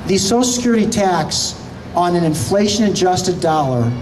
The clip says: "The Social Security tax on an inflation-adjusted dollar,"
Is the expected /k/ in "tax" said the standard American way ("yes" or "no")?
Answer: yes